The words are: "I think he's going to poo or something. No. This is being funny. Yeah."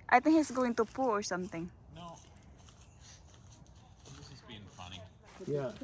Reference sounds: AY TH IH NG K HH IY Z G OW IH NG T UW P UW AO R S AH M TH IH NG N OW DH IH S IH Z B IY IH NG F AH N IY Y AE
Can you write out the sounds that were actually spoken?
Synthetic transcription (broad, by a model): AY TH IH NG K HH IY S G OW IH NG T UW P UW AO R S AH M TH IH NG N OW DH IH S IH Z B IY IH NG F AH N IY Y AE